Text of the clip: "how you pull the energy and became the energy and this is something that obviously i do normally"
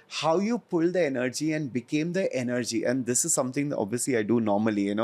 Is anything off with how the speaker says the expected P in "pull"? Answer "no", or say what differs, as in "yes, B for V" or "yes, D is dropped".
no